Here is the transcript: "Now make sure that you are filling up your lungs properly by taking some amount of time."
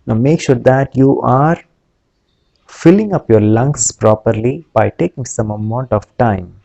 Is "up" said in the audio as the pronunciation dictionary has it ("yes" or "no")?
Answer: yes